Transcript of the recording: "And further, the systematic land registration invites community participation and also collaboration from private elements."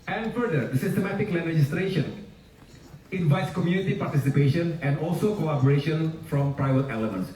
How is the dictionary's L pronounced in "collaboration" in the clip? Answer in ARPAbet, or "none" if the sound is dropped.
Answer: none